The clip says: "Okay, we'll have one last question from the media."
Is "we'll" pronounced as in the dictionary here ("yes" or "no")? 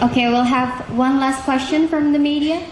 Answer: yes